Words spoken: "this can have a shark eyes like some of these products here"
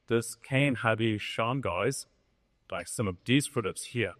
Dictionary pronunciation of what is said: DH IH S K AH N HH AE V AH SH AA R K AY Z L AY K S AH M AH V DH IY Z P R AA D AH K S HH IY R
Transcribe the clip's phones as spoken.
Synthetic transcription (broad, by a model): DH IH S K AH N HH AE B AH SH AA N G AY Z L AY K S AH M AH V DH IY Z F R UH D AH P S HH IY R